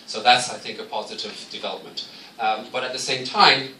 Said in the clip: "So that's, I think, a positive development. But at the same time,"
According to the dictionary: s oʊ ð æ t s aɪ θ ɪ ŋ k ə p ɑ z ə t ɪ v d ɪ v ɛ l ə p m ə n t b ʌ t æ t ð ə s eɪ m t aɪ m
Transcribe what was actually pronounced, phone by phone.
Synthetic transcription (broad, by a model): s oʊ ð æ t s aɪ θ ɪ ŋ k ə p ɑ z ə t ɪ v d ɪ v ɛ l ə p m ə n t b ʌ t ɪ t ð ə s eɪ m t aɪ m